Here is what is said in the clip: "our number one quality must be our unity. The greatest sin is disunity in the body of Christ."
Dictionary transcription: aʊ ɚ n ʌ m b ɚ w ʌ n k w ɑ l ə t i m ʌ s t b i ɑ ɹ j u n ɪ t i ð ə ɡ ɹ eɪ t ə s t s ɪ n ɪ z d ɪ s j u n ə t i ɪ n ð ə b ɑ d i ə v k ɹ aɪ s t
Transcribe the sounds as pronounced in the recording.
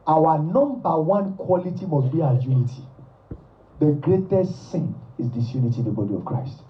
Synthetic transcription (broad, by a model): aʊ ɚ n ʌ m b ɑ w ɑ n k w ɑ l ə t i m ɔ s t b i ɑ j u n ɪ t i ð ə ɡ ɹ eɪ t ə s t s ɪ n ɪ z d ɪ s j u n ə t i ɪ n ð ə b ɑ d i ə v k ɹ aɪ s t